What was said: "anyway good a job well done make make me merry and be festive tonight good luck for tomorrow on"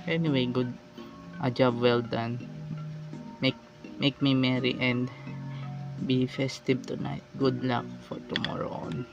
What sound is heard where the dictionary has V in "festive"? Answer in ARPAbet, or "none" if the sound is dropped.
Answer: B